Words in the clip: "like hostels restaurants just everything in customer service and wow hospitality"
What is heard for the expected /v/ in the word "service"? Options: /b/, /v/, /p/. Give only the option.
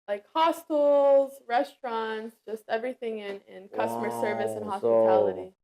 /v/